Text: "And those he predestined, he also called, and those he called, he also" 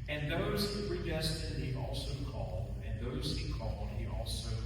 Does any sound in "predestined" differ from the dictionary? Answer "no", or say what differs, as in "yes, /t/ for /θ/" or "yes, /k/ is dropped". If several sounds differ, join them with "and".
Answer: yes, /n/ is dropped